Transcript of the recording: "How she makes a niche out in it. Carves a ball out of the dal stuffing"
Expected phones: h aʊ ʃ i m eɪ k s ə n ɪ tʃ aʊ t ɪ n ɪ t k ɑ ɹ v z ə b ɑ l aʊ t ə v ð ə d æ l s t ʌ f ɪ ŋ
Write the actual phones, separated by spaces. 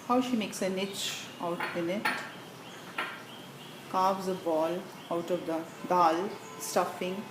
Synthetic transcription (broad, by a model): h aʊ ʃ i m eɪ k s ə n ɪ tʃ aʊ t ɪ n ɪ t k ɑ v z ə b ɑ l aʊ t ə v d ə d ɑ l s t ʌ f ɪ ŋ